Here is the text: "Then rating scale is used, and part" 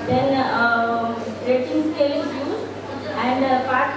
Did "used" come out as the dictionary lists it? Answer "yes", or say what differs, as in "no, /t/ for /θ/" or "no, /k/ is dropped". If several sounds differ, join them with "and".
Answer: no, /d/ is dropped